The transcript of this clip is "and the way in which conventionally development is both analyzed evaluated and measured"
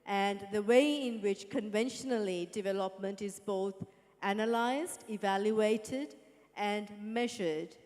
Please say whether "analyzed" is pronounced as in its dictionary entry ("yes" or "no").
yes